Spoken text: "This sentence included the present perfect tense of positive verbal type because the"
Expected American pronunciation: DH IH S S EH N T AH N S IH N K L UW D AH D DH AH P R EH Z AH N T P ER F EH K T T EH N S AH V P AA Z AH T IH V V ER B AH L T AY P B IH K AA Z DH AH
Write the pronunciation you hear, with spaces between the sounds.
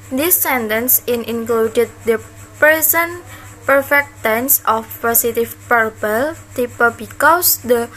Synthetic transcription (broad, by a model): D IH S S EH N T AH N S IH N K L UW D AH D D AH P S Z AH N P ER F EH K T T EH N S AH F P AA S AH T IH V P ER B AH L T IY P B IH K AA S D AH